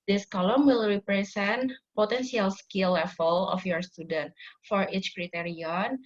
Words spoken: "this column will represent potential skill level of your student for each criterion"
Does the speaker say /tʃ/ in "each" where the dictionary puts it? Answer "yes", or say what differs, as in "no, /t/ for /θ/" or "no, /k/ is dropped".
yes